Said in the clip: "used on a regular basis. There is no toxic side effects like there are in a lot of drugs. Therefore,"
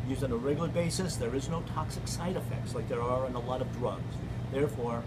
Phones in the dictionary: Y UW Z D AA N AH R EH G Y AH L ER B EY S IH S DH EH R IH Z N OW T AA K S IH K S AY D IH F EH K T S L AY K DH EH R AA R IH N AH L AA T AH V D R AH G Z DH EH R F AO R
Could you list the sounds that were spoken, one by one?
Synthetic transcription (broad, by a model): Y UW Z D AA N AH R EH G Y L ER B EY S IH S DH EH R IH Z N OW T AA K S IH K S AY D IH F EH K T S L AY K DH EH R AA R IH N AH L AA T AH V D R AH G Z DH EH R F AO R